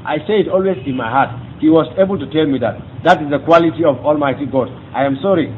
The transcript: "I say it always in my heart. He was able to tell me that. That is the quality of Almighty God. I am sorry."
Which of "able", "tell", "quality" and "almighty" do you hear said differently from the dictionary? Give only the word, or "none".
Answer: none